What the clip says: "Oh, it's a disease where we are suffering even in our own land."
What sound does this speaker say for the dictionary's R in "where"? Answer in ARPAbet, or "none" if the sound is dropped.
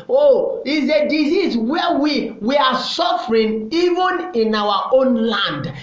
W